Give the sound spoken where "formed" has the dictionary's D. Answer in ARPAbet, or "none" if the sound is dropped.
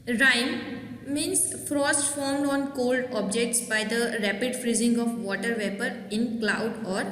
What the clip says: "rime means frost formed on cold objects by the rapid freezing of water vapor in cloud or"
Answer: D